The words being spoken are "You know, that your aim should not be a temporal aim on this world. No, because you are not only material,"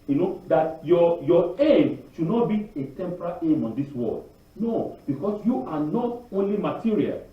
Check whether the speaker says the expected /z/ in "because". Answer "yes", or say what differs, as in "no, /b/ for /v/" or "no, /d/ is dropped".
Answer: no, /s/ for /z/